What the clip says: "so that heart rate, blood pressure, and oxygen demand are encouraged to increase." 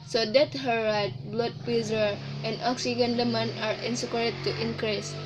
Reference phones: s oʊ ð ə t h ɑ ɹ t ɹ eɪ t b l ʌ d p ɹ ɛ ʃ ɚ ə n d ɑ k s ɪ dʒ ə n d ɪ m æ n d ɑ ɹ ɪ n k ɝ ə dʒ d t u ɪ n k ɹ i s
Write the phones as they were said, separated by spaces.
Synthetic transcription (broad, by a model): s oʊ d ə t h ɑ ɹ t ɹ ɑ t b l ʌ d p i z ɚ ə n d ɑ k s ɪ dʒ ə n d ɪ m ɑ n ɑ ɹ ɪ n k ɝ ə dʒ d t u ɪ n k ɹ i s